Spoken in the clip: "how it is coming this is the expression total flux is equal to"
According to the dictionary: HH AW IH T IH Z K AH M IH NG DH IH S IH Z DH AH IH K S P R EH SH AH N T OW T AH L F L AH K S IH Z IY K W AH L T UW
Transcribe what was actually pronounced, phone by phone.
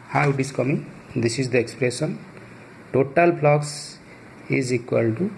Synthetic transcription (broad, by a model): HH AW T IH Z K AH M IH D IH S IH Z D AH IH K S P R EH S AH N T OW T AH L P L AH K S IH Z IY K W AH L T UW